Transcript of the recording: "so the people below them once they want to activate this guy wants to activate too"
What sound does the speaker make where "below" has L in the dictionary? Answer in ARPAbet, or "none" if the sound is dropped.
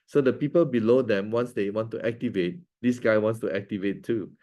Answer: L